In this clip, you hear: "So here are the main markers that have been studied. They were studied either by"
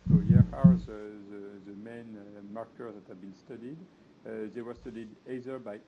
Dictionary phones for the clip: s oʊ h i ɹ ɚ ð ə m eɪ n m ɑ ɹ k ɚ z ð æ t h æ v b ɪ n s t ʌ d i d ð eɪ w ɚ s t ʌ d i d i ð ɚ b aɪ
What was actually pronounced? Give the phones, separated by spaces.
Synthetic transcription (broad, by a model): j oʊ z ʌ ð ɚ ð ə m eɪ n m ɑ ɹ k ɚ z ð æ t h æ v b ɪ n s t ʌ d i d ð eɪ w ɚ s t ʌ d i d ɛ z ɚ b aɪ